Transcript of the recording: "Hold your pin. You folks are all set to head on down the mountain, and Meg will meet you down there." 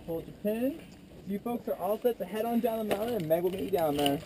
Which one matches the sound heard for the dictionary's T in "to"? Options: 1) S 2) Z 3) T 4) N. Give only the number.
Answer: 1